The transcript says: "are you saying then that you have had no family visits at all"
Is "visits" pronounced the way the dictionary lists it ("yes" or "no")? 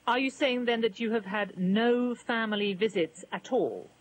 yes